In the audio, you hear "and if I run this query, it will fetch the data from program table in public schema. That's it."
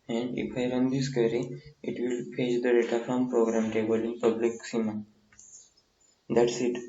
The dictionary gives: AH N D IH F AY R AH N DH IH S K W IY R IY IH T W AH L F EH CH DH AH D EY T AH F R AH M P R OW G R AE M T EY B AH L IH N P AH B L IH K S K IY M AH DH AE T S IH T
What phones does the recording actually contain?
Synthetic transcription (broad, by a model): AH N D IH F AY R AH N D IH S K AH R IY IH T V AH L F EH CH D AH D EY T AH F R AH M P R OW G R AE M T EY B AH L IH N P AH B L IH K S IY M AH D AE T S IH T